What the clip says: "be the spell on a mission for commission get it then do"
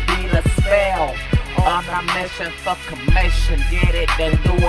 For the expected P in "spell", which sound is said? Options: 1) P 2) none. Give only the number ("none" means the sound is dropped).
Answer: 2